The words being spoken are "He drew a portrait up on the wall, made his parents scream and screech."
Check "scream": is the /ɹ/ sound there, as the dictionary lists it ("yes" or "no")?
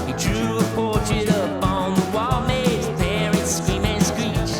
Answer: no